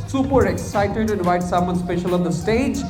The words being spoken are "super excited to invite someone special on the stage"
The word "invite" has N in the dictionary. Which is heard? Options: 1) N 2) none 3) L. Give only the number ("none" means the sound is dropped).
2